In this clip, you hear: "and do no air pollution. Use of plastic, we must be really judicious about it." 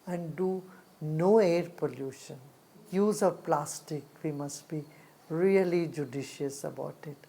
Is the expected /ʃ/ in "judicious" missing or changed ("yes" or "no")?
no